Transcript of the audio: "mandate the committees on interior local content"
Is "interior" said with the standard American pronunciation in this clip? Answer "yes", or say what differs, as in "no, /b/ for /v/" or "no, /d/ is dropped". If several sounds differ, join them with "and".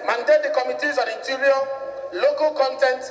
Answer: no, /n/ is dropped